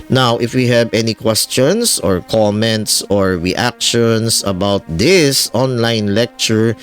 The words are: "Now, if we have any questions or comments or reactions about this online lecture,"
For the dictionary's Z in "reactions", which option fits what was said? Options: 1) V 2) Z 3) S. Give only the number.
3